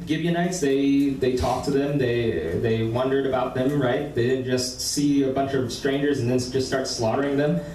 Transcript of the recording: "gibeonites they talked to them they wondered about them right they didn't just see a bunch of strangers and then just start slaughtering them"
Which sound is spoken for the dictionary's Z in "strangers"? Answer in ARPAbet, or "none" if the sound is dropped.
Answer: Z